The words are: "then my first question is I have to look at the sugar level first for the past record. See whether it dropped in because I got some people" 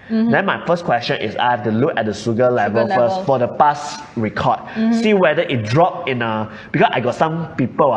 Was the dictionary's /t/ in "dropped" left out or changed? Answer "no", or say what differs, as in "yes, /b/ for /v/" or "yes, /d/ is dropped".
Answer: yes, /t/ is dropped